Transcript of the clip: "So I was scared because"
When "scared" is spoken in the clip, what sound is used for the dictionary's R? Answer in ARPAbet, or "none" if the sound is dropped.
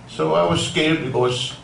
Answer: L